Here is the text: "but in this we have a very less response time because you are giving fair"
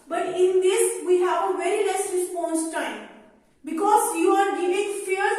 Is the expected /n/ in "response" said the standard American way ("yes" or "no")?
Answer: yes